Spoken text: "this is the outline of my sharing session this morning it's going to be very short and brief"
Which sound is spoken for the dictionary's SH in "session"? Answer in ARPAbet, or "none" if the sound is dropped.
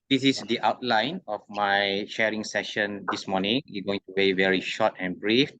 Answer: SH